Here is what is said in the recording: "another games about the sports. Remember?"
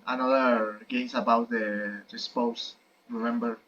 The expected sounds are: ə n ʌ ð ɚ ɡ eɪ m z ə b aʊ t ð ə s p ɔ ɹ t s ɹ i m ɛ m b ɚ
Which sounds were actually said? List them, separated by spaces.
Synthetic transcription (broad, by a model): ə n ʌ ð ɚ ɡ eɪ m s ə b aʊ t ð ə s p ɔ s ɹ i m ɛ m b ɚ